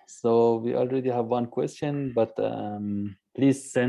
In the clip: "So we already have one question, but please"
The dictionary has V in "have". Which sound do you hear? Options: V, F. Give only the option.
V